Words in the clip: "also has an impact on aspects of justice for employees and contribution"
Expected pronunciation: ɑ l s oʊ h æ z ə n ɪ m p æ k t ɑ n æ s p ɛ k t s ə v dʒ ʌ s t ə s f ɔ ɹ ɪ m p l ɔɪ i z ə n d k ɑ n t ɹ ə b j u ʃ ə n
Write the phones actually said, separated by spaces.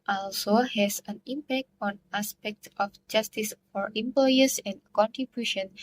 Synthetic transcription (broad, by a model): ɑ l s oʊ h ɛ s ə n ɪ m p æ k t ɑ n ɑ s p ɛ k t ə f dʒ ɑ s t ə s f ɔ ɹ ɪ m p l ɔɪ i s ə n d k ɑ n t ɹ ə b j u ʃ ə n